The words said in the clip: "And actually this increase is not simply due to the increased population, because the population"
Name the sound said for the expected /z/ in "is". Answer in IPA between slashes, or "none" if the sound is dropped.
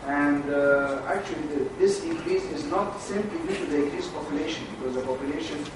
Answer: /z/